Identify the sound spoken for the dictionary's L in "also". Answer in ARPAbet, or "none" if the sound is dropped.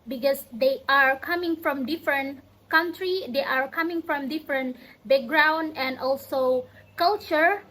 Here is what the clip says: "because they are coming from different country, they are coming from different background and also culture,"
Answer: L